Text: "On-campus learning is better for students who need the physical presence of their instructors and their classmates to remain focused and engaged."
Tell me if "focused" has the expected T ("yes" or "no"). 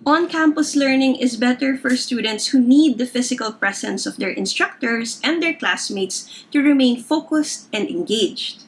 yes